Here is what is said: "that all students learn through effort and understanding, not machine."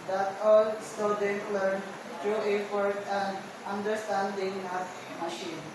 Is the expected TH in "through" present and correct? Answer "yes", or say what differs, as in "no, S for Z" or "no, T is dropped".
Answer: no, T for TH